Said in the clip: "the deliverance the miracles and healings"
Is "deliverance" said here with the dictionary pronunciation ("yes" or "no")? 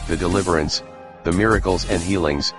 yes